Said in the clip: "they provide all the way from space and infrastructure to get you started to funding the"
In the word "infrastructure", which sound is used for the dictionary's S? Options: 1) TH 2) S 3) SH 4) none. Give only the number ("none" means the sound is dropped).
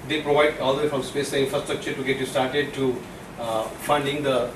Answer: 2